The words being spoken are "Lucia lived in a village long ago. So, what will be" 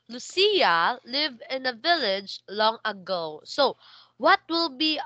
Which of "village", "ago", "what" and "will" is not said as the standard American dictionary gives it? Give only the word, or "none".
none